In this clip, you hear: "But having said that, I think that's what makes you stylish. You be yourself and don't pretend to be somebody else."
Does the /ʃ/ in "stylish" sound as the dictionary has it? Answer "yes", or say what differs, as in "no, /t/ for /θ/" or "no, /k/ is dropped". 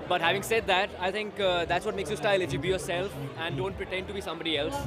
no, /s/ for /ʃ/